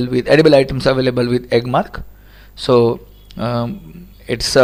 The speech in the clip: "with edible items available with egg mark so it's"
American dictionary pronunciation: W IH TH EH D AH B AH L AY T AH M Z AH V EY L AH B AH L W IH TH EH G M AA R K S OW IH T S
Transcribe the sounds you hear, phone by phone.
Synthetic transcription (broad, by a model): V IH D EH D AH B AH L AY T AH M S AH V EY L AH B AH L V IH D EH G M AA R K S OW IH T S